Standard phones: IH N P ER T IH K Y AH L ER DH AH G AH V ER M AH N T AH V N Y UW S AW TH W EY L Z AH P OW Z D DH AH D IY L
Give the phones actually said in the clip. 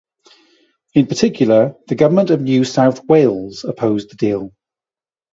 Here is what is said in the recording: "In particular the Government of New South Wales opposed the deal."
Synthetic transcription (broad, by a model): IH N P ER T IH K Y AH L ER DH AH G AH V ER M AH N T AH V N Y UW S AW TH W EY L Z AH P OW Z DH AH D IY L